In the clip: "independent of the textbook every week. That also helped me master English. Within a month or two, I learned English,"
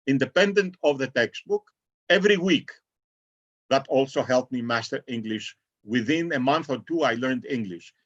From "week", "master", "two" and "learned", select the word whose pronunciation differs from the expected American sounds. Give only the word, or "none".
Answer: none